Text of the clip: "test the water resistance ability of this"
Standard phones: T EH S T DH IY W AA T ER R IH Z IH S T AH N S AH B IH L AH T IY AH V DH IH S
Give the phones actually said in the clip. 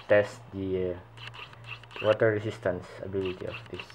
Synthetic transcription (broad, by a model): T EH S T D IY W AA T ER R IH S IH S T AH N S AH B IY L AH T IY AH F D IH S